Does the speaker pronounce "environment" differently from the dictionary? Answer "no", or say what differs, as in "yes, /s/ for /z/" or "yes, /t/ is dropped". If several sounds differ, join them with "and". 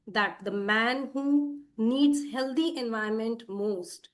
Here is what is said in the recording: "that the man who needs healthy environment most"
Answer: yes, /ɹ/ is dropped